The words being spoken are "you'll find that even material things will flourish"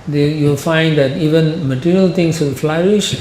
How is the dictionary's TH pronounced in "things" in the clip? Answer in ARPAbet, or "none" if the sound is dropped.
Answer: T